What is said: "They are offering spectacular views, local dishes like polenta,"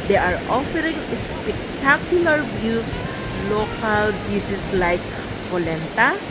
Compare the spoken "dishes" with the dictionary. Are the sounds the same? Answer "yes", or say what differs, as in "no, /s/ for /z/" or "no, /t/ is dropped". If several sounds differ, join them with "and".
no, /s/ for /ʃ/ and /s/ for /z/